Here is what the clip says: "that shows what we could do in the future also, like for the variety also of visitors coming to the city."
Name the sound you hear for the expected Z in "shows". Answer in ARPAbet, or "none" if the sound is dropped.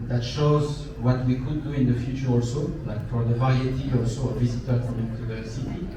Z